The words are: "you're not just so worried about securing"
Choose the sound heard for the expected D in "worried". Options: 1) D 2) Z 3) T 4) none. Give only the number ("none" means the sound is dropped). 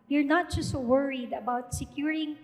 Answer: 1